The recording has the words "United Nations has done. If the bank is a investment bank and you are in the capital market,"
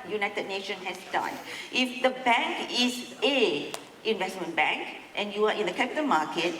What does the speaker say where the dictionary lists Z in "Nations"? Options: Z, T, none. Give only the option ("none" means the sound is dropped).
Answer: none